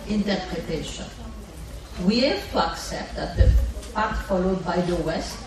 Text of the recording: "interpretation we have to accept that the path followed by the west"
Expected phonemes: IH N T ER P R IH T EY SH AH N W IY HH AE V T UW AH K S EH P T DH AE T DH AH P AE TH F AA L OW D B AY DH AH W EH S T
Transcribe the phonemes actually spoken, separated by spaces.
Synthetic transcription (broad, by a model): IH N T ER P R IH T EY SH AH N W IY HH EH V T UW AH K S EH P T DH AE T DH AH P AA T F AA L OW D B AY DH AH W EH S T